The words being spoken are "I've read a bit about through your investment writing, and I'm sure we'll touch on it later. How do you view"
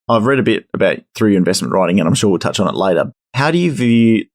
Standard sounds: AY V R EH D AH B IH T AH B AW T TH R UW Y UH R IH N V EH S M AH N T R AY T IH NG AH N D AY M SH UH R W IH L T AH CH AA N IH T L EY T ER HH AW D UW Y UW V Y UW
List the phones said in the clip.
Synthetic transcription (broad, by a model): AY V R EH D AH B IH T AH B AW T TH R UW Y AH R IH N V EH S M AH N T R AY T IH NG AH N AY M SH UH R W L T AH CH N IH T L EY T ER HH AW D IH Y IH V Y